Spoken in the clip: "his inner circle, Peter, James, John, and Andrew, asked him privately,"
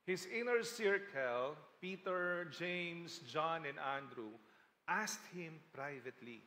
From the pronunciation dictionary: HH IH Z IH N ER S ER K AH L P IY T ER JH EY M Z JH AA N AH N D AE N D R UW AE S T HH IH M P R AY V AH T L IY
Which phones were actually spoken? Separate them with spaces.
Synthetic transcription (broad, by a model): HH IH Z IH N ER S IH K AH L P IY T ER JH EY M S JH AA N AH N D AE N D R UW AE S T HH IH M P R AY V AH T L IY